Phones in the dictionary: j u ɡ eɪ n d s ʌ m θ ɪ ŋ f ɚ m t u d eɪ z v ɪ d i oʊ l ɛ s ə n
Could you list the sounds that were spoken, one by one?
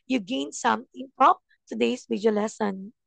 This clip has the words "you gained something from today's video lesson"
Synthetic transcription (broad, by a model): j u ɡ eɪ n s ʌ m t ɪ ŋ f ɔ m t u d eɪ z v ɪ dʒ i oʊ l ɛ s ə n